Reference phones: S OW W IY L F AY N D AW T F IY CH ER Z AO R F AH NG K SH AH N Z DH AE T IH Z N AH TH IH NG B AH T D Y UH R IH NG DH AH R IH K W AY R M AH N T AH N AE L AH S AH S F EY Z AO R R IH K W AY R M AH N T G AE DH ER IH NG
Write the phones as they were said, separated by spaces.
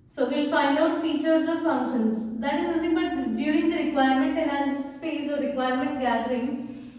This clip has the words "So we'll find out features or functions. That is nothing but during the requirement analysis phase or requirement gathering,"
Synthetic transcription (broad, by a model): S OW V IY L F AY N D AW T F IY CH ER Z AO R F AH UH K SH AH N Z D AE T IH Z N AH T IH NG B AH T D Y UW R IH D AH R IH K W AY R M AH N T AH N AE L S S P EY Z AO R R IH K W AY R M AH N T G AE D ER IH NG